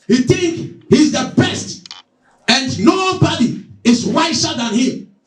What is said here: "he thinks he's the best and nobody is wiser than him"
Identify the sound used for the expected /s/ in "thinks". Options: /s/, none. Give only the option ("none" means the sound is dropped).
none